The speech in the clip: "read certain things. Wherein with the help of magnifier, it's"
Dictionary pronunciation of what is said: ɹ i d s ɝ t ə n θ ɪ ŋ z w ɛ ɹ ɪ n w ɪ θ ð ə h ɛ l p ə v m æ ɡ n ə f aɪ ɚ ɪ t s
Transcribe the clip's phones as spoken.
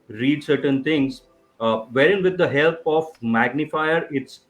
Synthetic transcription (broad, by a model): ɹ i d s ɝ t ə n t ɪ ŋ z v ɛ ɹ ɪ n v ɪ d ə h ɛ l p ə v m æ ɡ n ə f aɪ ɚ ɪ t s